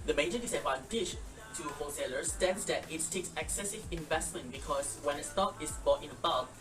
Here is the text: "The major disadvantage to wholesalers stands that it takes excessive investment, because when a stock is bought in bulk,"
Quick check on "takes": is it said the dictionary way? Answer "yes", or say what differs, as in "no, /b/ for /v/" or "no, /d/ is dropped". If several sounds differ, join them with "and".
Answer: yes